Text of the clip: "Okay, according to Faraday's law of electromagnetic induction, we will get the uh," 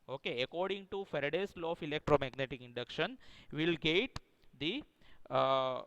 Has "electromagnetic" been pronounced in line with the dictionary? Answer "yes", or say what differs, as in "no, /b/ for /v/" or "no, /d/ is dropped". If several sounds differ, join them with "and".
yes